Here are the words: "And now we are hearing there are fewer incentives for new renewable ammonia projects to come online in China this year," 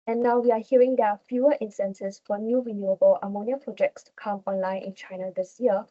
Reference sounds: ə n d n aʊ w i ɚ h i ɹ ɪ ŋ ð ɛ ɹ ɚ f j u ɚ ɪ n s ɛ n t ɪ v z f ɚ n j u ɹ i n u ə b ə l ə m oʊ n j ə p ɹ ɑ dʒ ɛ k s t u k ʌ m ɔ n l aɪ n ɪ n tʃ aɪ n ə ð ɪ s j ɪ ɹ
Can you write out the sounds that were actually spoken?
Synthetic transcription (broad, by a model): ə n n aʊ w i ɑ h i ɹ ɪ ŋ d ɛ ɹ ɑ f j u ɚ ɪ n s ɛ n s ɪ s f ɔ n j u ɹ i n u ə b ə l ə m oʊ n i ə p ɹ ɑ dʒ ɛ k s t u k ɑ m ɔ n l aɪ n ɪ n tʃ aɪ n ə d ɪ s j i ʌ